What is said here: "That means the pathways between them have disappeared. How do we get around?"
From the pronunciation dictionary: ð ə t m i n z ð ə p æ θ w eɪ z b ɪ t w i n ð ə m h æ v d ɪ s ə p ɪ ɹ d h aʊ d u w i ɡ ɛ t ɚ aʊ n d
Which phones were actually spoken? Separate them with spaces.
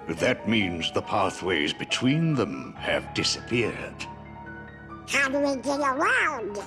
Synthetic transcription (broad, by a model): ð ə t m i n z ð ə p æ θ w eɪ z b ɪ t w i n ð ə m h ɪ v d ɪ s ə p ɪ ɹ d h aʊ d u w i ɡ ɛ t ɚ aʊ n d